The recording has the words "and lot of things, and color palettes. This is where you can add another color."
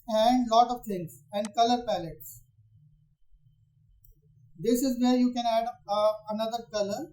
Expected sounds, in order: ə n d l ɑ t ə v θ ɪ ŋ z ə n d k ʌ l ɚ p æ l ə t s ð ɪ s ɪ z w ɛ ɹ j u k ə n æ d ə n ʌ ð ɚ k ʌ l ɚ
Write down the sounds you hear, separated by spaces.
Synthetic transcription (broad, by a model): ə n d l ɑ t ə v t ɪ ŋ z ə n d k ʌ l ɚ p æ l ə t s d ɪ s ɪ z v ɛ ɹ j u k ə n æ d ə n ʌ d ɚ k ʌ l ɚ